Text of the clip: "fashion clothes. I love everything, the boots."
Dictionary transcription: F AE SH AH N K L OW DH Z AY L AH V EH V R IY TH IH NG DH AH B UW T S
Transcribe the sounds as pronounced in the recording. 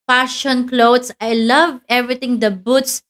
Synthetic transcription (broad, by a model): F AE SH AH N K L OW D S AY L AH V EH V R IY T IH NG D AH B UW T S